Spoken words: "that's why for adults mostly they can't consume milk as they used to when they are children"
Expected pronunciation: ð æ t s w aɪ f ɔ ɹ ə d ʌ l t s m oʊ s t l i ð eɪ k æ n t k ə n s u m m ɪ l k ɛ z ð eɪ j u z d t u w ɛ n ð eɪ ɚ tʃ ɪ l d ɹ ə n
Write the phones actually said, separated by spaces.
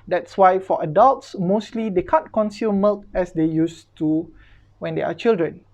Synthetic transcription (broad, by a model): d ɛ t s w aɪ f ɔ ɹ ə d ʌ l t s m oʊ s t l i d eɪ k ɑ n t k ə n s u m m ɪ l k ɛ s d eɪ j u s t u w ɛ n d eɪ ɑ tʃ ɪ l d ɹ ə n